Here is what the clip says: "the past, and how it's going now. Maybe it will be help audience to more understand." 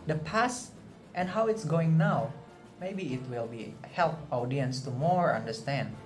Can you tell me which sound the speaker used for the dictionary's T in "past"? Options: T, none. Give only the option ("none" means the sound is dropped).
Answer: T